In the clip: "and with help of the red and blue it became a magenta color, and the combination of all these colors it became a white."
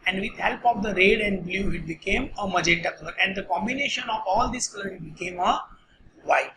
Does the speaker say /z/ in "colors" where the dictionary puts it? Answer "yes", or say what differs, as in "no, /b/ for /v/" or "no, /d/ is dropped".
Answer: no, /z/ is dropped